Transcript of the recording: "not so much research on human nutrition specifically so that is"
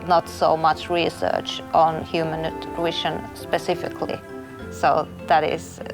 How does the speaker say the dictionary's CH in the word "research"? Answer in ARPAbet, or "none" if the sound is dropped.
CH